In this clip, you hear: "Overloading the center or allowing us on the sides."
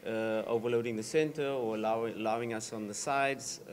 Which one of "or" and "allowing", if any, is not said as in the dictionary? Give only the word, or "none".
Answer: or